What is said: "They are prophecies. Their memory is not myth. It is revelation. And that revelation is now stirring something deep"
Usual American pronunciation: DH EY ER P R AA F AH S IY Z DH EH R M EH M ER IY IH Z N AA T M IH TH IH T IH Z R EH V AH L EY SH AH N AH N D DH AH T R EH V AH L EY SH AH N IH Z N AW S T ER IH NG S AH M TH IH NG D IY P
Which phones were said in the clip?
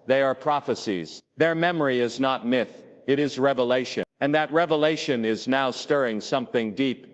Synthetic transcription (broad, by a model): DH EY ER P R AA F AH S IY Z DH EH R M EH M ER IY IH Z N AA T M IH TH IH T IH Z R EH V AH L EY SH AH N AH N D DH AH T R EH V AH L EY SH AH N IH Z N AW S T ER IH NG S AH M TH IH NG D IY P